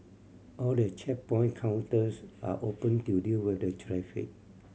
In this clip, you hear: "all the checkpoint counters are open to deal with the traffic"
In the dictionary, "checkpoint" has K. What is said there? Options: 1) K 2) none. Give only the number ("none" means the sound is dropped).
2